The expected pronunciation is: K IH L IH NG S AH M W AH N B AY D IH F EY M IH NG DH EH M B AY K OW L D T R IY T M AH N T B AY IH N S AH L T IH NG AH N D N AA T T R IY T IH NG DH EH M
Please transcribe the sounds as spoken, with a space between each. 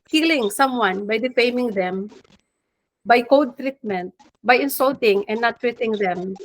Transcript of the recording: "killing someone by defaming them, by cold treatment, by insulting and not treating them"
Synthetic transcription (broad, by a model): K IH L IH NG S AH M W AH N B AY D IH F EY M IH NG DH EH M B AY K OW D T R IY T M AH N T B AY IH N S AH L T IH NG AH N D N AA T T R IY T IH NG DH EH M